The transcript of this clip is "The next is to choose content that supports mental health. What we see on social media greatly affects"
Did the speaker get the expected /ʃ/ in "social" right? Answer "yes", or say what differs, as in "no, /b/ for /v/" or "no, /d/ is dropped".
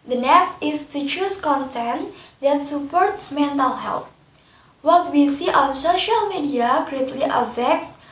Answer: yes